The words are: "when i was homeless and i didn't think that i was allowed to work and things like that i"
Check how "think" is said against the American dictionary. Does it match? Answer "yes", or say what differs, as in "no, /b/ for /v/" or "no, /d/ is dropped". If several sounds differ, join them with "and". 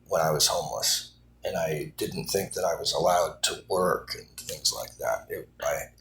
yes